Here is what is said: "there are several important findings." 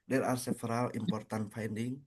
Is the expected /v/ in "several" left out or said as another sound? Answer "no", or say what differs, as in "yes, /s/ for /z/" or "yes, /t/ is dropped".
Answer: yes, /f/ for /v/